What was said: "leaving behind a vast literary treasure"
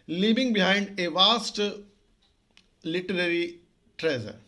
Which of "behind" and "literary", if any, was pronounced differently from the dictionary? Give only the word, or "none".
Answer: none